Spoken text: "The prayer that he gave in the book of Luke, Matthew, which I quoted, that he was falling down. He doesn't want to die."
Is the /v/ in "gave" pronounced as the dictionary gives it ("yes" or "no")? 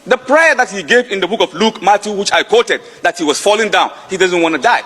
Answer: yes